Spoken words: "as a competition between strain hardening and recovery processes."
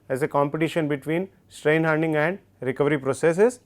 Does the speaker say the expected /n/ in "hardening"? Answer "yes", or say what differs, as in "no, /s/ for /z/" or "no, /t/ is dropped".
no, /n/ is dropped